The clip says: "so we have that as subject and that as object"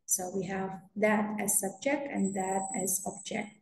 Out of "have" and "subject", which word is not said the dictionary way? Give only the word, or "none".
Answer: none